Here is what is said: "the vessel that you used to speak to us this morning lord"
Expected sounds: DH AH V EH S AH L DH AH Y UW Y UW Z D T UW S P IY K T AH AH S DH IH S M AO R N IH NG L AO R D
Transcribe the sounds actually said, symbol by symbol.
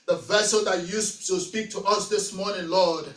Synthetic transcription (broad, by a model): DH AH V EH S AH L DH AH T Y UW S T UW S P IY K T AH AH S DH IH S M AO R N IH NG L AO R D